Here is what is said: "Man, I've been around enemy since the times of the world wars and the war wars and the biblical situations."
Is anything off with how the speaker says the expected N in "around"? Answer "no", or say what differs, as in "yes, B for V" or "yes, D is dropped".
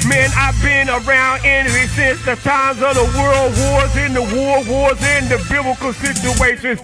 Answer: no